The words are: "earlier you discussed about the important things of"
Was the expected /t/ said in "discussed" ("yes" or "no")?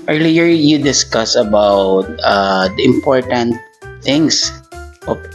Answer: no